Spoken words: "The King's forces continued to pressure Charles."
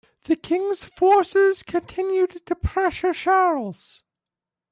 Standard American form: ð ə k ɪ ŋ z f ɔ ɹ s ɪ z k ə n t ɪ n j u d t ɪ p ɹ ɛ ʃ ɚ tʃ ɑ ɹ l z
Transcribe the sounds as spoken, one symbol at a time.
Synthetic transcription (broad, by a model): ð ə k ɪ ŋ z f ɔ ɹ s ɪ z k ə n t ɪ n j u d t ɪ p ɹ ɛ ʃ ɚ ʃ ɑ ɹ l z